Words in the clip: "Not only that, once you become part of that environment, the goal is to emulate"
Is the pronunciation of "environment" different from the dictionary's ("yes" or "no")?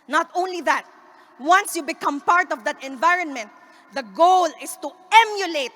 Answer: no